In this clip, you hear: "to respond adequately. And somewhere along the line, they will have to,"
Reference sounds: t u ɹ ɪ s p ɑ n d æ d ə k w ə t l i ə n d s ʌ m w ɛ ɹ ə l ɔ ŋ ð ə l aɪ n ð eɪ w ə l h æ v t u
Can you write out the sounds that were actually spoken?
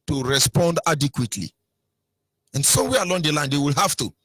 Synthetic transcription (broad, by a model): t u ɹ ɪ s p ɑ n d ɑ d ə k w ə t l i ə n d s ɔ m w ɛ ə l ɔ ŋ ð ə l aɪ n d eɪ w ə l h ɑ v t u